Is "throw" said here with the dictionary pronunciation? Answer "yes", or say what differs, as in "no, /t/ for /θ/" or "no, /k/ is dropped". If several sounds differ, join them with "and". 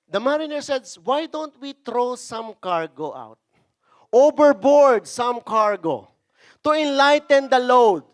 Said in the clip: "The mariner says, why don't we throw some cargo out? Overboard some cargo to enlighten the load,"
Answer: no, /t/ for /θ/